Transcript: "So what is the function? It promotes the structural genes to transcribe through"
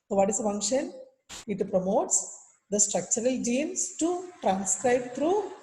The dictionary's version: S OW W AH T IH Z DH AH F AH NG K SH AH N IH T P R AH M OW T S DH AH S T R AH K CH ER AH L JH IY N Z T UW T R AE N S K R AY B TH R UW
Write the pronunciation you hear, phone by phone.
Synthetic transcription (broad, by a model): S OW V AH T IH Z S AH F AH NG K SH AH N IH T P R AH M OW T S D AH S T R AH K CH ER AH L JH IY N S T UW T R AE N S K R AY B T R UW